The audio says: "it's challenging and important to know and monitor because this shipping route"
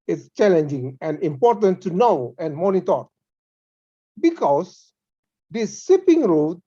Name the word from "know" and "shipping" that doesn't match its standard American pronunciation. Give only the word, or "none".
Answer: shipping